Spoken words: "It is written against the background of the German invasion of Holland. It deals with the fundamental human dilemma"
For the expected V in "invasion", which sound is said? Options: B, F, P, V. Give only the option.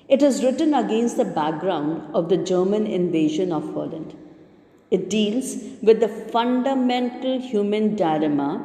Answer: V